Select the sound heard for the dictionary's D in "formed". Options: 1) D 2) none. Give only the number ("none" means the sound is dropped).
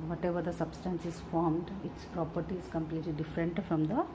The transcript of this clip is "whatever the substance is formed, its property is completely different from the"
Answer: 1